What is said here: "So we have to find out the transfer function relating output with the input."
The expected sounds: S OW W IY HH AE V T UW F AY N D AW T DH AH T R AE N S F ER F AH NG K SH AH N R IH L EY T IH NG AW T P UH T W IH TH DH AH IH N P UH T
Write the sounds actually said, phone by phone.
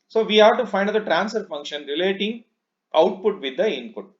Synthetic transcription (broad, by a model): S OW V IY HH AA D T UW F AY N D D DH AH T R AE N S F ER F AH NG K SH AH N R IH L EY T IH NG AW T P UH T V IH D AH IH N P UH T